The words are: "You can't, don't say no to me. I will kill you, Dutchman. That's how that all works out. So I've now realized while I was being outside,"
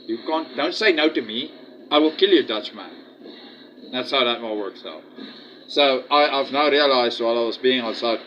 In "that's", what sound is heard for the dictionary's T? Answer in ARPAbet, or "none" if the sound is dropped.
T